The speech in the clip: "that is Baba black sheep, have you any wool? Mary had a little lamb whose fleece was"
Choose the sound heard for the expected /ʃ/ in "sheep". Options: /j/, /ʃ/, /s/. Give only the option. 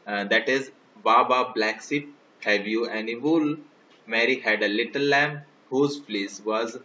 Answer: /s/